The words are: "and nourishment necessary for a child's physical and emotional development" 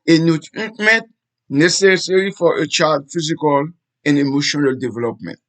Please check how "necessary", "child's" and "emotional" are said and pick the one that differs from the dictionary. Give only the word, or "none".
child's